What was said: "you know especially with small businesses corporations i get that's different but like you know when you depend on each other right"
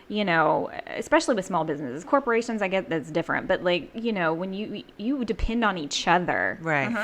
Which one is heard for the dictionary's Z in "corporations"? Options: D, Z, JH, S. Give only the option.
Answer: Z